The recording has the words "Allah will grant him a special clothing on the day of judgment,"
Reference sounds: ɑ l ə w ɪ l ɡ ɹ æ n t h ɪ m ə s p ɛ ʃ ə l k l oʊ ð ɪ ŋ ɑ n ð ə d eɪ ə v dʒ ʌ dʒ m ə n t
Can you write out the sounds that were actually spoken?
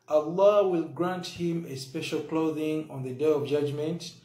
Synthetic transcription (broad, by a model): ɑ l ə w ɪ l ɡ ɹ æ n t h ɪ m ə s p ɛ ʃ ə l k l oʊ ð ɪ ŋ ɑ n ð ə d eɪ ə v dʒ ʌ dʒ m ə n t